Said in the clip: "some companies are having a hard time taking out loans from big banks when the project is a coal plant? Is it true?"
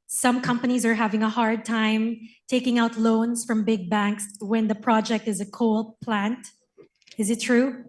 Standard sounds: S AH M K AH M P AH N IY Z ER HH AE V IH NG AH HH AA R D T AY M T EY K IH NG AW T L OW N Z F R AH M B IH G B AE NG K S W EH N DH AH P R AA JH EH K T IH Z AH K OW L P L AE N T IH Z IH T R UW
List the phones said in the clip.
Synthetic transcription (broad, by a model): S AH M K AH M P AH N IY Z ER HH AE V IH NG AH HH AA R D T AY M T EY K IH NG AW T L OW N Z F R AH M B IH G B AE NG K S W EH N DH AH P R AA JH EH K T IH Z AH K OW L P L AE N T IH Z IH T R UW